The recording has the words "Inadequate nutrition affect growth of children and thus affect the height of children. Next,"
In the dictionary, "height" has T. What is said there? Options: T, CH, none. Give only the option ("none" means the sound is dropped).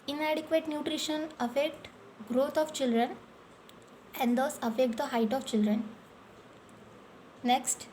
T